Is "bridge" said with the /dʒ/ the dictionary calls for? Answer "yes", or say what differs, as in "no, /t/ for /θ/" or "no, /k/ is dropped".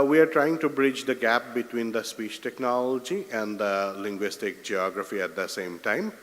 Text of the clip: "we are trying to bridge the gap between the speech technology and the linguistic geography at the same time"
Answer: yes